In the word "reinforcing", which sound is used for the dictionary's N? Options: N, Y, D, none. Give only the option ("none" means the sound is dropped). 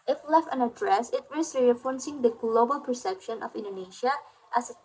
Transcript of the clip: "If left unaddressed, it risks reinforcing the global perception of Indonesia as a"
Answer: none